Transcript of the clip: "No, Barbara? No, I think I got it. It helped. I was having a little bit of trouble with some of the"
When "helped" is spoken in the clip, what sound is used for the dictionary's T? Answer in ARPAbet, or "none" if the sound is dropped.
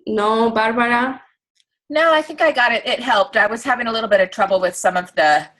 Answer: T